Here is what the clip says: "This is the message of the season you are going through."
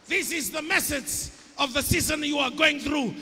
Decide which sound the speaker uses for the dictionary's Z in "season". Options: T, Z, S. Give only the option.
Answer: Z